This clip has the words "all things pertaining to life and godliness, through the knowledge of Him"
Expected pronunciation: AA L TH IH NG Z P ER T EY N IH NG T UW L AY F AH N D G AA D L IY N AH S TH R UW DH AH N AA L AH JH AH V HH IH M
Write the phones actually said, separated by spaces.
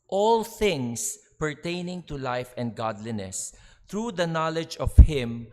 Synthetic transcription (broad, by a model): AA L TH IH NG S P ER T EY N IH NG T UW L AY F AH N D G AA D L IY N AH S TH R UW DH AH N AA L AH JH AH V HH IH M